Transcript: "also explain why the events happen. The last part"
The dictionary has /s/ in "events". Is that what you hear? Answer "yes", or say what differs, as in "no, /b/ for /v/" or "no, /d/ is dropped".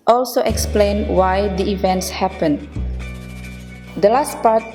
yes